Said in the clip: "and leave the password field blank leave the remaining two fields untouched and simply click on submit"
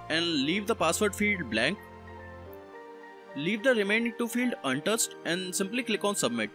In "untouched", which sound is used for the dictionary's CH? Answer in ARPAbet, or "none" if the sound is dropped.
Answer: S